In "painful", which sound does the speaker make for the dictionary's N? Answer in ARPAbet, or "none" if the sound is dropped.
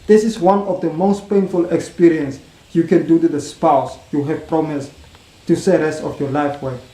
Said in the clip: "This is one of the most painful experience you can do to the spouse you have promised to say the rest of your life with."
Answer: N